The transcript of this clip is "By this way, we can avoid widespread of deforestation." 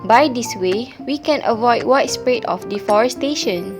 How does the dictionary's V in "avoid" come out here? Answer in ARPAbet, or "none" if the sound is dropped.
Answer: V